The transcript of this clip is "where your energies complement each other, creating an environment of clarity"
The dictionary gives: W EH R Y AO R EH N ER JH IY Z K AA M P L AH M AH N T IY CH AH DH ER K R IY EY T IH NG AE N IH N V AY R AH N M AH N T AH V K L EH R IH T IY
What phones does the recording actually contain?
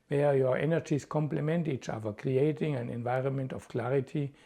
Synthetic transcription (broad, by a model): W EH Y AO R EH N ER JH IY S K AA M P L AH M AH N T IY CH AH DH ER K R IY EY T IH NG AE N IH N V AY R AH N M AH N T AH F K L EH R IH T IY